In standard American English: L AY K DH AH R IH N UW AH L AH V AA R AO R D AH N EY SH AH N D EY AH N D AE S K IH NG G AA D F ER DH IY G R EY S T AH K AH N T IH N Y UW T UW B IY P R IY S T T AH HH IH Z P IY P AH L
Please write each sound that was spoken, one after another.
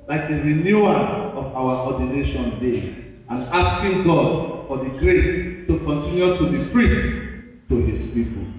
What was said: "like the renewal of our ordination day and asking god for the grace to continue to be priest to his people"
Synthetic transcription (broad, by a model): L AY K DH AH R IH N UW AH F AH W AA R AO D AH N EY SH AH N D EY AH N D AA S K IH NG G AA D F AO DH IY G R EY S T AH K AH N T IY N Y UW T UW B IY P R IY S T T AH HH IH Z P IY P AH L